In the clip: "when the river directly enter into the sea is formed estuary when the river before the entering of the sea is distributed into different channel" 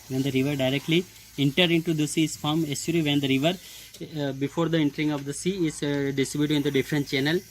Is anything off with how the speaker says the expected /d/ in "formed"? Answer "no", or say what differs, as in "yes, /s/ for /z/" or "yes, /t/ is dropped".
yes, /d/ is dropped